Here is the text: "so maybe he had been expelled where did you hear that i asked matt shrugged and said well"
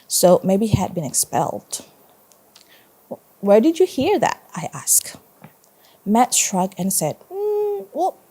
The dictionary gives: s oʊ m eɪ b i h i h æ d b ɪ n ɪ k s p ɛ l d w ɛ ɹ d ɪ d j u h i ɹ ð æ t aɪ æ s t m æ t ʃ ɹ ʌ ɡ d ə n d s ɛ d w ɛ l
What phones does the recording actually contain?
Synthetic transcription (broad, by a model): s oʊ m eɪ i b i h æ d b ɪ n ɪ k s p ɛ l d w ɛ ɹ d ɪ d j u h i ɹ ð æ t aɪ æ s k m æ t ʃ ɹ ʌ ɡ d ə n s ɛ d w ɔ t